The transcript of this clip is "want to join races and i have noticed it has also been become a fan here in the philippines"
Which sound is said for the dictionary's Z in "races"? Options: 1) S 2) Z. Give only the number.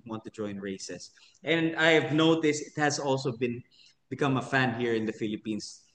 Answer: 1